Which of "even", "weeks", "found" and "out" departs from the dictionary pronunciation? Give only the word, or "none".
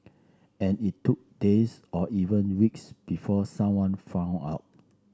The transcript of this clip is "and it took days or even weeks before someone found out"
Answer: found